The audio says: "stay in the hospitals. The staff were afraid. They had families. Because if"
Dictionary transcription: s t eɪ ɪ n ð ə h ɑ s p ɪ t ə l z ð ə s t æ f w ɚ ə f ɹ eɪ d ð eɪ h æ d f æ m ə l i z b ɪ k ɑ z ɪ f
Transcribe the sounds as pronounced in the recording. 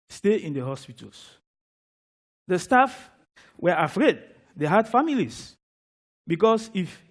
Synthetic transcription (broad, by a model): s t eɪ ɪ n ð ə h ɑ s p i t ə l s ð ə s t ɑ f w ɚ ə f ɹ eɪ d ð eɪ h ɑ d f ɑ m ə l i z b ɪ k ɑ s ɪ f